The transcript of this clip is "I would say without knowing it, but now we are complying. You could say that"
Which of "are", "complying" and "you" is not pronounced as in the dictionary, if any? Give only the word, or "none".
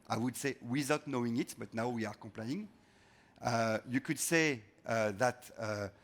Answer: complying